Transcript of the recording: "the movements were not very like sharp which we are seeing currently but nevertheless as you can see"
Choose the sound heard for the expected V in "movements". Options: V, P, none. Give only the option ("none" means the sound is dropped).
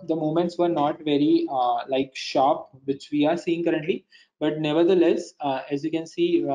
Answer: none